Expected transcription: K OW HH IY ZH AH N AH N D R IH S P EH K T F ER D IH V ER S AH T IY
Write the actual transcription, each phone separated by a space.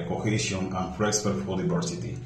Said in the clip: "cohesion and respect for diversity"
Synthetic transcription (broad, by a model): K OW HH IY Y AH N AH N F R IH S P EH T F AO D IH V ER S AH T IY